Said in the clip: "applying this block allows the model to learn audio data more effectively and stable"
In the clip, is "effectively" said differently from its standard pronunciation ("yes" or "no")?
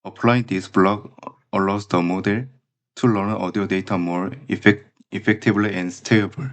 yes